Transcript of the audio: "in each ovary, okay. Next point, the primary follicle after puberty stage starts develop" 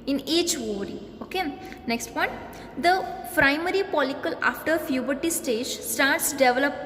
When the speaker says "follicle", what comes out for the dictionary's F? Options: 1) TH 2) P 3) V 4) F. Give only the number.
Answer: 2